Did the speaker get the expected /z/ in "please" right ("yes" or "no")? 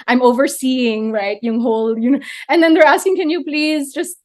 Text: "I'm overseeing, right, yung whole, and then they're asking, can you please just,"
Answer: yes